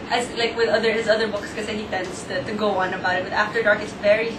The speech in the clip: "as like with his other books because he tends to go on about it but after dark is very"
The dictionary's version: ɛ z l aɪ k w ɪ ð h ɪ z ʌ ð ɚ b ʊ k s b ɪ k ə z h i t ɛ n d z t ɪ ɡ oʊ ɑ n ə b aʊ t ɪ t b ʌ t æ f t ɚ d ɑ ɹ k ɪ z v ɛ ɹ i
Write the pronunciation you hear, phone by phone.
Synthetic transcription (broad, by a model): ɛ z l aɪ k w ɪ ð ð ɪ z ʌ ð ɚ b ʊ k s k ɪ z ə h i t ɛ n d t t ɪ ɡ oʊ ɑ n ə b aʊ t ɪ t b ʌ t æ f t ɚ d ɑ ɹ k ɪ s v ɛ ɹ i